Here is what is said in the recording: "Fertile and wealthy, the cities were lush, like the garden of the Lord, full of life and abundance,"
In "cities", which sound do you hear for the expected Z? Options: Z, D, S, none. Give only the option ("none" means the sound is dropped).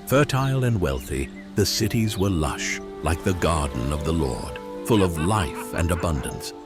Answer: Z